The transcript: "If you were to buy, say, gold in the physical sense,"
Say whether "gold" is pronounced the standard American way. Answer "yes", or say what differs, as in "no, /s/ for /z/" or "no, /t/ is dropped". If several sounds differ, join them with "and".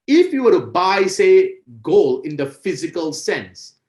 no, /d/ is dropped